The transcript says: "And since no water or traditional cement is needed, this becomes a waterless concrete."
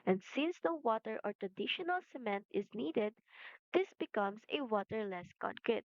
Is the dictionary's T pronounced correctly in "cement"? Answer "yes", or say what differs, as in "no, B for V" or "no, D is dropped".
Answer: yes